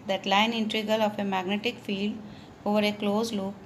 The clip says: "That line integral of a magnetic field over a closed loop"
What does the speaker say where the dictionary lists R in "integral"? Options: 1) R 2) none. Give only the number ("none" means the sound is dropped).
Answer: 2